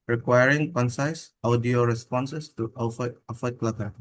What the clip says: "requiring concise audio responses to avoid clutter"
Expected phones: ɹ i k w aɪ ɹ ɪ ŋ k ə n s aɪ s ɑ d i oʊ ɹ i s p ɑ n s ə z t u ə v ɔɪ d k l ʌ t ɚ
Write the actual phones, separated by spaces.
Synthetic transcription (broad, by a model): ɹ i k w aɪ ɹ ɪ ŋ k ə n s aɪ s ɑ d i oʊ ɹ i s p ɑ n s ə s t u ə f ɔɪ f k l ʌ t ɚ